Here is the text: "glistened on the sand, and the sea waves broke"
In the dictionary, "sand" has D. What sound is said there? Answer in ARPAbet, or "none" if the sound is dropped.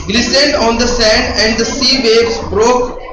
D